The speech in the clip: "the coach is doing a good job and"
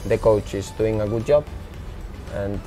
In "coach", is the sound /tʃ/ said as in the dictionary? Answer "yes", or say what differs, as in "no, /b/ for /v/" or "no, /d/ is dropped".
yes